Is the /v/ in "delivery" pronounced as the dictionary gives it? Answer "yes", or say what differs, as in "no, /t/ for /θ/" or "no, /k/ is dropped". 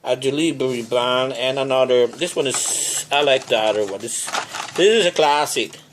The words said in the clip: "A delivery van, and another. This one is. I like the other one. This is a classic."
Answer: no, /b/ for /v/